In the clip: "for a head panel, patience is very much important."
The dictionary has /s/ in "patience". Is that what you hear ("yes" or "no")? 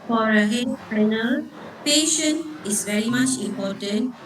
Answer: no